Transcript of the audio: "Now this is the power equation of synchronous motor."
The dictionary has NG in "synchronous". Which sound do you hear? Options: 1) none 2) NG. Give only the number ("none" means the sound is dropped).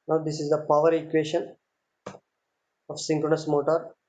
2